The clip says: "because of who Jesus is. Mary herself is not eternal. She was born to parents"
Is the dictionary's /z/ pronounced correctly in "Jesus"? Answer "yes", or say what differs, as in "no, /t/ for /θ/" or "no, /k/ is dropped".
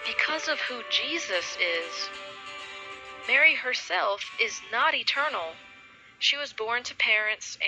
yes